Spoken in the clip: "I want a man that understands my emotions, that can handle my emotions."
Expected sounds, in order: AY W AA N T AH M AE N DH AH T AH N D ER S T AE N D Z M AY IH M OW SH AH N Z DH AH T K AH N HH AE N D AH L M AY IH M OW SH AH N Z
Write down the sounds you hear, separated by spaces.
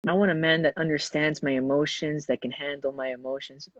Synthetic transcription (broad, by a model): AY W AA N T AH M AE N DH AH T AH N D ER S T AE N D Z M AY IH M OW SH AH N Z DH AH T K AH N HH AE N D L M AY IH M OW SH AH N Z